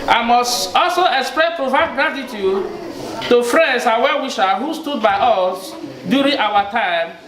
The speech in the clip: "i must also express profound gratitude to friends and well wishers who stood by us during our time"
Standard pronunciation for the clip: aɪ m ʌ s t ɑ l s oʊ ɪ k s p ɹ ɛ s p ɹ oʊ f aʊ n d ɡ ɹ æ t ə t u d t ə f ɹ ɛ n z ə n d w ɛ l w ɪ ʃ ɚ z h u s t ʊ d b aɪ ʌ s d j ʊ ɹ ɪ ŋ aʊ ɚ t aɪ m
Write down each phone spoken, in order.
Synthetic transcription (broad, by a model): aɪ m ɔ s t ɑ l s oʊ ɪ k s p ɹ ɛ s p ɹ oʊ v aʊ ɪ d ɡ ɹ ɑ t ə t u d t ə f ɹ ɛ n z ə w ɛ w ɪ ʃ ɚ h u s t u d b aɪ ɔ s d j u ɹ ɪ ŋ aʊ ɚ t aɪ m